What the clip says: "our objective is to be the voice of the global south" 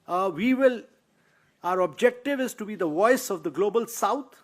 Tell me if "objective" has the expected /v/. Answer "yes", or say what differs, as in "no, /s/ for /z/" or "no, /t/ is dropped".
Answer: yes